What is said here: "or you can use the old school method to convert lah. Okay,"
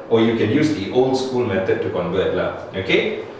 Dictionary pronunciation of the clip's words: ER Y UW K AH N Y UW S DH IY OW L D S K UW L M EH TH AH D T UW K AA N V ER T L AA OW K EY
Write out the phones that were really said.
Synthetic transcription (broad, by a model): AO Y UW K AH N Y UW S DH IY OW L D S K UW L M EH T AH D T UW K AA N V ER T L AA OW K EY